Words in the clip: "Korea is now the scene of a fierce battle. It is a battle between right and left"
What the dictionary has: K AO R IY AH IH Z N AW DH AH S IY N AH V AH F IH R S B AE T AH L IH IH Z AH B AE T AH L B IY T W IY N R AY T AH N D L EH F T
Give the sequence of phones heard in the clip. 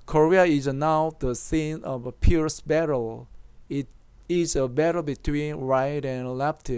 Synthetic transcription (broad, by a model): K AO R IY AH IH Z N AW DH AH S IY N AH V AH P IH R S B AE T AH L IH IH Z AH B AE T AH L B IY T W IY N R AY T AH N L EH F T